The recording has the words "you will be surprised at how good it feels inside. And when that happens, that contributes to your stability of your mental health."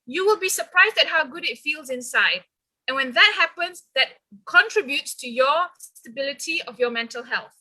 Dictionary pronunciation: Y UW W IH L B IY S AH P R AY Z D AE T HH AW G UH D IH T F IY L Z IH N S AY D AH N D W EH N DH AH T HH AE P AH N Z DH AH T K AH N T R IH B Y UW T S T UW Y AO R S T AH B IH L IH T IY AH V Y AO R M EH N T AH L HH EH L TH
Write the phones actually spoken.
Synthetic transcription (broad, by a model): Y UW W IH L B IY S AH P R AY Z D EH T HH AW G UH D IH T F IY L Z IH N S AY D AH N W EH N DH AH T HH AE P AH N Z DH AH T K AH N T R IH B Y UW T S T UW Y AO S S T AH B IH L IH T IY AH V Y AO M EH N T AH L HH EH L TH